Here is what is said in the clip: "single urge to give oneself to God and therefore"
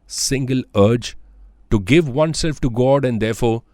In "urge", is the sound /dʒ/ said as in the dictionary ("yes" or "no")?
yes